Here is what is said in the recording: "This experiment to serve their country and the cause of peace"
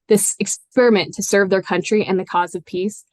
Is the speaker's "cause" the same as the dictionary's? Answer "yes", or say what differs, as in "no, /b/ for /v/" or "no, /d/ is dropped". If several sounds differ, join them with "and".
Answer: yes